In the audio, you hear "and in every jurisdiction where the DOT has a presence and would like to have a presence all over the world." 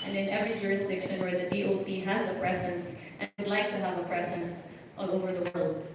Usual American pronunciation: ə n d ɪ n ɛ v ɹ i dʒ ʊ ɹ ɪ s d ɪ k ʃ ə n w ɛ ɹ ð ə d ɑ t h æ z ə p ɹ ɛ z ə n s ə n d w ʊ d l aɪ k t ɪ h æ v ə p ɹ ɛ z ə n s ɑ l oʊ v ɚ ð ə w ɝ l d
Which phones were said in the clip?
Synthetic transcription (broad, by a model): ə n ɪ n ɛ v ɹ i dʒ ʊ ɹ ɪ s d ɪ k ʃ ə n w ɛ ð ə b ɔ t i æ z ə p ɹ ɛ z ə n s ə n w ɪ d l aɪ k t ɪ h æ v ə p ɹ ɛ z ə n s ɑ l oʊ v ɚ ð ə w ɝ l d